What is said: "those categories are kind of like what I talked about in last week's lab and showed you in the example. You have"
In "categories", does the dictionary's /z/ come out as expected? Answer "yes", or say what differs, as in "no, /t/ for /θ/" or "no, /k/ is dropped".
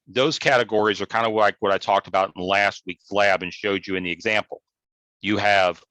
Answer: yes